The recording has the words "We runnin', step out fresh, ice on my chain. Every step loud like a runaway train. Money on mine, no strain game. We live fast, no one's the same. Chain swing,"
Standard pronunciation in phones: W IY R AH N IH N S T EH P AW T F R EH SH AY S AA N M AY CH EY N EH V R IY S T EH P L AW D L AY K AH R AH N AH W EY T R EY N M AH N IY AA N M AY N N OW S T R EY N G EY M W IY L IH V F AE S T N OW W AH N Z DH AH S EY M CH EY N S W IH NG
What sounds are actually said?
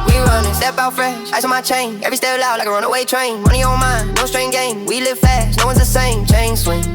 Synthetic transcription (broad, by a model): W IY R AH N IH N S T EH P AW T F R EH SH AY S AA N M AY CH EY N EH V R IY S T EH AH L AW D L AY K AH R AH N AH W EY T R EY N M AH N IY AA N M AY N N OW S T R EY N G EY M W IY L IH V F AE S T N OW W AH N Z DH AH S EY M CH EY N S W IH